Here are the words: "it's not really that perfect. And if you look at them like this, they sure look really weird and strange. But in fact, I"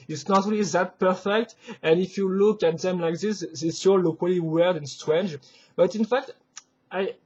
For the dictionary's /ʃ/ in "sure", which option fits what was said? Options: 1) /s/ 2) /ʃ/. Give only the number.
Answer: 1